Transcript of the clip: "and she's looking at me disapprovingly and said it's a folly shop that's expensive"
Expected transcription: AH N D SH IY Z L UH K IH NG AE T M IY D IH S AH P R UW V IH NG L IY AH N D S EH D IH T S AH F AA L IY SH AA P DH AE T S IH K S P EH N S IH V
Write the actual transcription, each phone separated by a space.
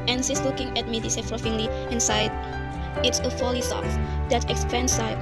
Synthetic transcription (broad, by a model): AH N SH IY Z L UH K IH NG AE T M IY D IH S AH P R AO F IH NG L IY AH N S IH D IH T S AH F AA L IY S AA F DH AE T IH K S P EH N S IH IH